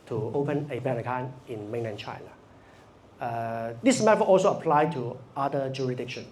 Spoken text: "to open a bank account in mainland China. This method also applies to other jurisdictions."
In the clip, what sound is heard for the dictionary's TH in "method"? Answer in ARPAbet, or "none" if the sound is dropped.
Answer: F